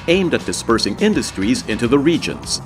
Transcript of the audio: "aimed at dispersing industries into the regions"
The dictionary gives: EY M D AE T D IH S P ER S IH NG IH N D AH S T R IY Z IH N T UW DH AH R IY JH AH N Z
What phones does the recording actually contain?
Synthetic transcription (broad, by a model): EY M D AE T D IH S P ER S IH NG IH N D AH S T R IY Z IH N T UW DH AH R IY JH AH N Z